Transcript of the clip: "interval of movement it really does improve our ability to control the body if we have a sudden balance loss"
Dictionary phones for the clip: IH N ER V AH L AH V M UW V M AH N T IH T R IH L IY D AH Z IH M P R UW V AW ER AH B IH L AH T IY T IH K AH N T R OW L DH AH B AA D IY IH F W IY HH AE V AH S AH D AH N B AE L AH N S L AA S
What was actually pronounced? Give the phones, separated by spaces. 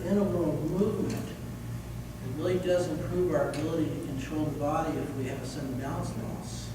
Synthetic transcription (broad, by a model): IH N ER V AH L M UW V M AH N T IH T R IH L IY D AH Z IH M P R UW V AW ER AH B IH L AH T IY T IH K AH N T R OW L DH AH B AA D IY IH F W IY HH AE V AH S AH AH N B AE AH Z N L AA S